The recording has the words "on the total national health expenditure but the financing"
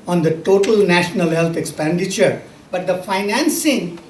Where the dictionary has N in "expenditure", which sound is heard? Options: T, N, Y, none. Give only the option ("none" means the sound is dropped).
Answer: N